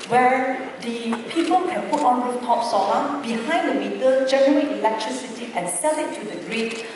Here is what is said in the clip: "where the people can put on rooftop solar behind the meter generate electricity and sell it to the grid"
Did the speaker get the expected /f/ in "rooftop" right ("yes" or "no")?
no